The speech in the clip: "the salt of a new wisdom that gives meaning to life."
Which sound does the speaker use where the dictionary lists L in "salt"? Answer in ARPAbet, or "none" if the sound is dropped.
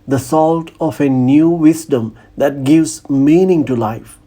L